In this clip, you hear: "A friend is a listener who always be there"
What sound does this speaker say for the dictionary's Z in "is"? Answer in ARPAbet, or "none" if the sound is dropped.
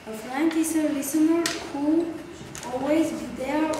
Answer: S